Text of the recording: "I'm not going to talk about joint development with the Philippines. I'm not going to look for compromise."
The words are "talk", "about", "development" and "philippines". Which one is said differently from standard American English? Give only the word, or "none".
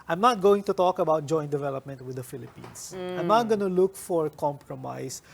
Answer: philippines